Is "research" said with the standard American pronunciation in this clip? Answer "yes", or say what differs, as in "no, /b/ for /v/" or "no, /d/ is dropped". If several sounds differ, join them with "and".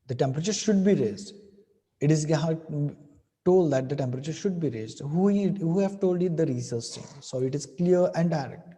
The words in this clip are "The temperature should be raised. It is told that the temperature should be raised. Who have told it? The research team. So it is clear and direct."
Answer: no, /s/ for /tʃ/